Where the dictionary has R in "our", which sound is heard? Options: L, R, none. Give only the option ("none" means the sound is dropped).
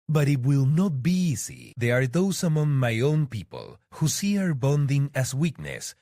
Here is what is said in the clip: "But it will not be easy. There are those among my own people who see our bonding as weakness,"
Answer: R